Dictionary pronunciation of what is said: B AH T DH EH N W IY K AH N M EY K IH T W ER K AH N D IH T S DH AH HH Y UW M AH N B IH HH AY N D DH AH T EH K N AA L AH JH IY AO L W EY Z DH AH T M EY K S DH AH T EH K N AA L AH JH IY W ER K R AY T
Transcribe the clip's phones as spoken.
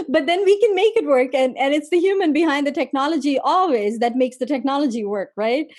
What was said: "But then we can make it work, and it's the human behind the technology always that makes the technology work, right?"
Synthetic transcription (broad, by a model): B AH T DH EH N W IY K AH N M EY K IH T W ER K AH N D IH T S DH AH HH Y UW M AH N B IH HH AY N D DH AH T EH K N AA L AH JH IY AO L W EY Z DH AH T M EY K S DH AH T EH K N AA L AH JH IY W ER K R AY T